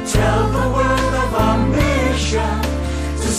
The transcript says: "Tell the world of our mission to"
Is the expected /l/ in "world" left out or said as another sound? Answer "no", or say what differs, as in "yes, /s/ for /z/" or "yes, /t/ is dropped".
yes, /l/ is dropped